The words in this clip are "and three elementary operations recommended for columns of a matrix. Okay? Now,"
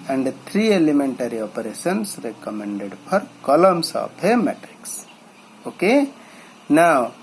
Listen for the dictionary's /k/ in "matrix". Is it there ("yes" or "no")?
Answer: yes